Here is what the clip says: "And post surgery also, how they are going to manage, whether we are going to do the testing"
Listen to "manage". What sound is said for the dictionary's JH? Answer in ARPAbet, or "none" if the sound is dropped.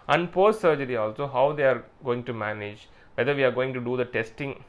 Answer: JH